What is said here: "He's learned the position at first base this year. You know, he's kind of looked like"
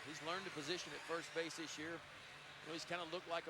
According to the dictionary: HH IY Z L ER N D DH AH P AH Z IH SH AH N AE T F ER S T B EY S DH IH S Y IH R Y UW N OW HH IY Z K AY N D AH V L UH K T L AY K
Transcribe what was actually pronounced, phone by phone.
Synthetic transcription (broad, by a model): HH IY Z L ER N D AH P AH Z IH SH AH N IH T F ER S T B EY S DH IH S Y IH R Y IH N OW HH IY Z K AY N D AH L UH K T L AY K